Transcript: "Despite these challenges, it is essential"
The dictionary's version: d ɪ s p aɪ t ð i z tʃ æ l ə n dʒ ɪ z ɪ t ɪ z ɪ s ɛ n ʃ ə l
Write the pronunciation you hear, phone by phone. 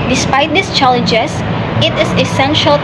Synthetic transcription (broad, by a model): d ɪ s p aɪ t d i s tʃ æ l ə n dʒ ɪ s ɪ t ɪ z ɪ s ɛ n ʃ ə l